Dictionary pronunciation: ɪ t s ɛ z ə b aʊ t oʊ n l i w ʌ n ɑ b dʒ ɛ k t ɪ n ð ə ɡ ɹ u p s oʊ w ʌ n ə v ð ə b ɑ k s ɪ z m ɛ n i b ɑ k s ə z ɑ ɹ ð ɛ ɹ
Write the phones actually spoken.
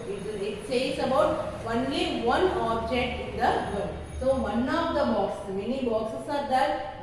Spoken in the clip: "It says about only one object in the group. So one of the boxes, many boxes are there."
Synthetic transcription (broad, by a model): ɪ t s ɛ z ə b aʊ t oʊ n l i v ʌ n ɑ b dʒ ɛ k t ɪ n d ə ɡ u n s oʊ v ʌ n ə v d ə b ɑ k s m ɛ n i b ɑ k s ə s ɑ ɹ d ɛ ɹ